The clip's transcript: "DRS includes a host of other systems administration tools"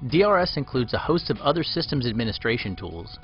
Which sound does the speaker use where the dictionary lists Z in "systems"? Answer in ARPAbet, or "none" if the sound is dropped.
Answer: Z